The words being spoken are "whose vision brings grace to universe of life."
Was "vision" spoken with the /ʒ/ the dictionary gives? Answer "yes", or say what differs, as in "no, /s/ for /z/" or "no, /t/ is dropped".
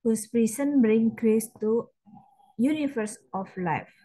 no, /s/ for /ʒ/